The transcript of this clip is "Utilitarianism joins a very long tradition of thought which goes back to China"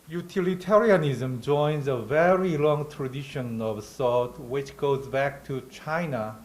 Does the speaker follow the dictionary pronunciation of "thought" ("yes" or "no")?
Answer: no